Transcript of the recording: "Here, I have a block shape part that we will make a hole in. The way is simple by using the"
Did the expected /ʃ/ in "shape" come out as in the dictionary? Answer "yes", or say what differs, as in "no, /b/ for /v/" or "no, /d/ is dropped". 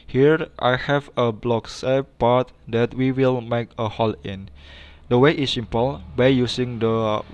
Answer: no, /s/ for /ʃ/